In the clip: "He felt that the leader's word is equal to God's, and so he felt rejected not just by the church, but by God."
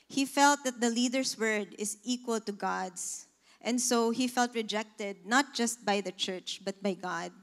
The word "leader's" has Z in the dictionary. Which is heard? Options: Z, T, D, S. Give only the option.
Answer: S